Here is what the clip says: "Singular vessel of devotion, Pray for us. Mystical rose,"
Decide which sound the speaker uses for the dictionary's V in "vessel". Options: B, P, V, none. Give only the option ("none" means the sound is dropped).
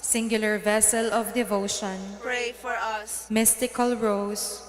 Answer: V